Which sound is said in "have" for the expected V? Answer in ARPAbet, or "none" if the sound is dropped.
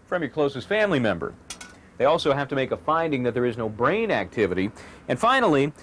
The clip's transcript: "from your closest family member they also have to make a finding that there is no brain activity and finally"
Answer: F